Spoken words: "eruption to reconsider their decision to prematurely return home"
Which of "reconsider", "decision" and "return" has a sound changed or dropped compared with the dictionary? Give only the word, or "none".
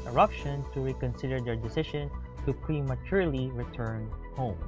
decision